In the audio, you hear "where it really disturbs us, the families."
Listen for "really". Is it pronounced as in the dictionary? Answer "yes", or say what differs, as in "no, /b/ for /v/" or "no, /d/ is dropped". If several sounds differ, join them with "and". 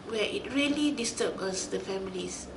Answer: yes